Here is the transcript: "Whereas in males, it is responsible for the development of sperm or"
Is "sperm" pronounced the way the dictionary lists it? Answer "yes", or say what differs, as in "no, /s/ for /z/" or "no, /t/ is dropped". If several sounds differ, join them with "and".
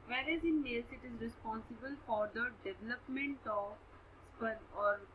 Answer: no, /m/ is dropped